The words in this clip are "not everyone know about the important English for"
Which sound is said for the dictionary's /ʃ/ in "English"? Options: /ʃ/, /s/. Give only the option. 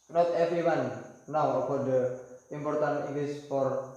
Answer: /s/